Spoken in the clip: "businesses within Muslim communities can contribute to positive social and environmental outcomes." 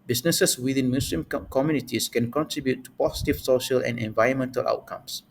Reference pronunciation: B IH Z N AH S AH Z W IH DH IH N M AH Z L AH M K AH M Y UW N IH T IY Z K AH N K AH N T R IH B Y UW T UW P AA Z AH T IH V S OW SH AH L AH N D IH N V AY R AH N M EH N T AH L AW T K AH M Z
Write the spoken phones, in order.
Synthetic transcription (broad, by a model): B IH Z N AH S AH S W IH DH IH N M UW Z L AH M K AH M Y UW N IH T IY S K AH N K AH N T R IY B Y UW T UW P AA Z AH T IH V S OW SH AH L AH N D IH N V AY R AH N M EH N T AH L AW T K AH M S